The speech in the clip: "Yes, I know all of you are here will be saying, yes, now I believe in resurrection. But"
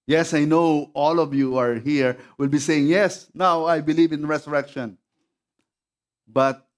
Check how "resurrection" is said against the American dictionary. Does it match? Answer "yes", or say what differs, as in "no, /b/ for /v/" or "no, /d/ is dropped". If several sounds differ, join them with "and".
no, /s/ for /z/